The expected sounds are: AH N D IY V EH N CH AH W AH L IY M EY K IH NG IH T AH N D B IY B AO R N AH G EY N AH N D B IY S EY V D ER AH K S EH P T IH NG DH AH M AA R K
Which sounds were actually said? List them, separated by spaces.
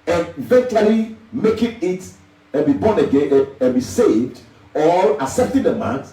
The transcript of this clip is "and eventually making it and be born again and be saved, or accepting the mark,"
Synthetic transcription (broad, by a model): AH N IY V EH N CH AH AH L IY M EY K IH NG IH T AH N B IY B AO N AH G EY N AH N B IY S EY V D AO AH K S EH P T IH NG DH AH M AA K